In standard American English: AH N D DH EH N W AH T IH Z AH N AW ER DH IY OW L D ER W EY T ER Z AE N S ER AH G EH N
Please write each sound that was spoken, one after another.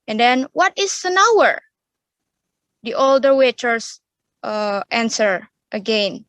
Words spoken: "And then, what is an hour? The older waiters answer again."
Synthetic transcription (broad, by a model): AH N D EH N W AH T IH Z AH N AW ER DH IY OW L D ER W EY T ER S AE N S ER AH G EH N